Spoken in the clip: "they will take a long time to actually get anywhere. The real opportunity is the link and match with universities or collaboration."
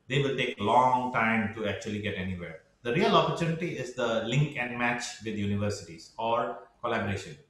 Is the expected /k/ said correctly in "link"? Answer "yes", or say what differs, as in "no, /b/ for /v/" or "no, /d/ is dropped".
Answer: yes